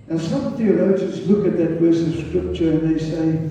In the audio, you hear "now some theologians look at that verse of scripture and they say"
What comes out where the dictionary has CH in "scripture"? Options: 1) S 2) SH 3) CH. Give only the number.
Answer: 3